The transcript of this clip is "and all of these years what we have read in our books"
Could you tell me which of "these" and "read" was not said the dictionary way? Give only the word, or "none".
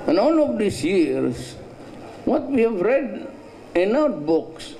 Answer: these